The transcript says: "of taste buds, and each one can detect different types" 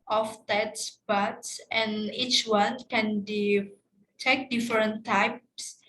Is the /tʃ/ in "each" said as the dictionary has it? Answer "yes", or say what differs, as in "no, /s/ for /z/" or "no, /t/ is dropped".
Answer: yes